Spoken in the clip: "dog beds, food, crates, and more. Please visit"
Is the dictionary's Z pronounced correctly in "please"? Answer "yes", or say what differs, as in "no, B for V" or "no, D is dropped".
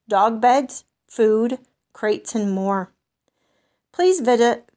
yes